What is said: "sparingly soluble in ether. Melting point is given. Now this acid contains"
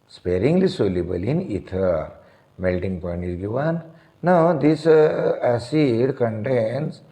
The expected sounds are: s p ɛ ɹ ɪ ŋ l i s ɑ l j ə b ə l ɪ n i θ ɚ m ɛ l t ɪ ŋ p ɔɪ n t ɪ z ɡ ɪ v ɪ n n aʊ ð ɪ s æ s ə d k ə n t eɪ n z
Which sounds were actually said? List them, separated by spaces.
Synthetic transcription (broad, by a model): s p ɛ ɹ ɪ ŋ l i s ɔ l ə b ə l ɪ n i t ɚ m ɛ l t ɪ ŋ p ɔɪ n t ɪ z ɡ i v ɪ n n aʊ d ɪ s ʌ s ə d k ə n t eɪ n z